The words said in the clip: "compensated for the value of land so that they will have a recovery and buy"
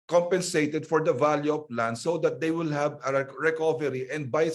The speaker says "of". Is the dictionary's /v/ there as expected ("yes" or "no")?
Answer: no